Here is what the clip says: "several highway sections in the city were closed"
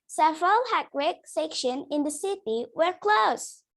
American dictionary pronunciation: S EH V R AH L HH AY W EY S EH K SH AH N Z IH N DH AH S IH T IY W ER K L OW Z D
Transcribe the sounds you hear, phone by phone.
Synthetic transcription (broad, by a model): S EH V R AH L HH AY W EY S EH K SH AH N IH N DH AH S IH T IY W ER K L OW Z